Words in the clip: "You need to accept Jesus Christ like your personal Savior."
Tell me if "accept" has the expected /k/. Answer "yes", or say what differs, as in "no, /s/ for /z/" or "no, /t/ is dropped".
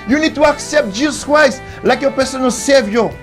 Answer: yes